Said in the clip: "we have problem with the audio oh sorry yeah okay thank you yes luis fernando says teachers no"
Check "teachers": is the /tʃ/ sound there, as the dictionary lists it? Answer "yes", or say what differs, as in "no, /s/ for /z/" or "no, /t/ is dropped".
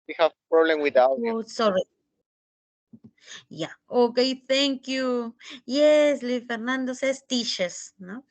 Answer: no, /ʃ/ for /tʃ/